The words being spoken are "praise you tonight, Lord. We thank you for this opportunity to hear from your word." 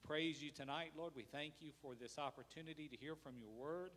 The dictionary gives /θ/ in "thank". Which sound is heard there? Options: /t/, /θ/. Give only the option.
/θ/